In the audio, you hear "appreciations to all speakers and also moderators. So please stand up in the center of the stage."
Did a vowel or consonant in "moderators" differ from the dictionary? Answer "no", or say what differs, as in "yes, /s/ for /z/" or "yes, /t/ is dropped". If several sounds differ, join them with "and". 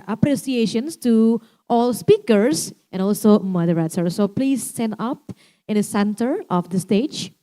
yes, /s/ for /t/